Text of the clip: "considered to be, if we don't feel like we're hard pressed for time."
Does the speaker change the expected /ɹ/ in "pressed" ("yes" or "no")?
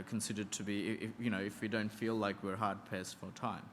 yes